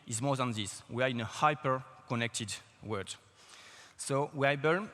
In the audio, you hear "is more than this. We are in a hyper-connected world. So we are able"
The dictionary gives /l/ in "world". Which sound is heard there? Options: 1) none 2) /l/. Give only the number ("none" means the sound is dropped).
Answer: 1